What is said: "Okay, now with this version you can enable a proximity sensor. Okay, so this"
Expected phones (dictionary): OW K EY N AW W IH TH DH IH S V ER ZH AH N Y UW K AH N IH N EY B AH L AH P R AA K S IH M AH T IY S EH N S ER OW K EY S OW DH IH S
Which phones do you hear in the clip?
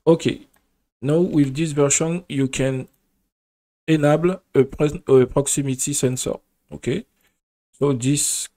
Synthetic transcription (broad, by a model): OW K EY N AW W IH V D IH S V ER SH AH N Y UW K AH N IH N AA B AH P AH P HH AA K S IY M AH T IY S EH N S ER OW K EY S OW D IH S